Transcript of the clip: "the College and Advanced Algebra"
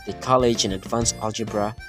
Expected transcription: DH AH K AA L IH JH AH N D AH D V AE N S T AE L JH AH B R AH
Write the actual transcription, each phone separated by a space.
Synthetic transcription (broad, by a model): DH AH K AA L IH JH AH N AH D V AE N S AE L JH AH B R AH